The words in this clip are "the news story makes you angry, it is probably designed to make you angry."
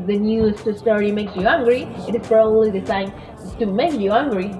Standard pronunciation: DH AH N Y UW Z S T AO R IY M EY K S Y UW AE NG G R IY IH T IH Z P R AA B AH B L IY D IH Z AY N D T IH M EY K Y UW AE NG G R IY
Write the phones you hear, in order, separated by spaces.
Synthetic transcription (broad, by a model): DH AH N Y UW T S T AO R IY M EY K S Y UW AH NG G R IY IH T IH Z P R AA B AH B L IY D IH S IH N T IH M EY K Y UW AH NG G R IY